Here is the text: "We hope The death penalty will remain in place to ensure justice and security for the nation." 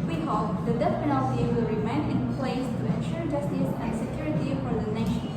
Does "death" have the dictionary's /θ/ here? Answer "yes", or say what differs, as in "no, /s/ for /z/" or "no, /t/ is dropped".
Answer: no, /s/ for /θ/